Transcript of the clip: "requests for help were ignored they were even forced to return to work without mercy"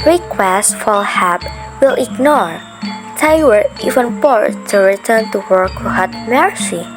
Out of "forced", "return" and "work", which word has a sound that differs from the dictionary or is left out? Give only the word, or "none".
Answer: forced